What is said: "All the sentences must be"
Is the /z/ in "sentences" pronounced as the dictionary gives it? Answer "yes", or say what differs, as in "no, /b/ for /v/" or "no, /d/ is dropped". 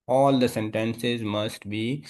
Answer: yes